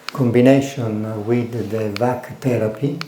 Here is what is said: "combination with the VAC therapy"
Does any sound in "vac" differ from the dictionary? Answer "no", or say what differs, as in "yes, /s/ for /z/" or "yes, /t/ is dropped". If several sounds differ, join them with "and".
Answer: no